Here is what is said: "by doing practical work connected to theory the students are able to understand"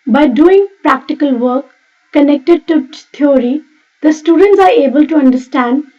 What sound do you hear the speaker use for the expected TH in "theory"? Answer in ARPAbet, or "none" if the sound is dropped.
T